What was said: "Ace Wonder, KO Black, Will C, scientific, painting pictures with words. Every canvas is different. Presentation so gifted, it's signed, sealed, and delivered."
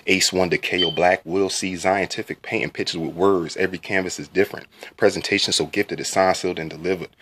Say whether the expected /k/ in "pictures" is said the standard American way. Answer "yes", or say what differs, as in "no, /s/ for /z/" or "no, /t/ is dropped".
no, /k/ is dropped